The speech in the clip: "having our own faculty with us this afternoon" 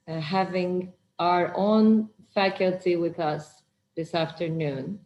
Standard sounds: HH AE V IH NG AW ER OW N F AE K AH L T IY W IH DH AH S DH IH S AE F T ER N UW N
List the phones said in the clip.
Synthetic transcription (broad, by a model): HH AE V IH NG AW ER OW N F AE K AH L T IY W IH DH AH S DH IH S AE F T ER N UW N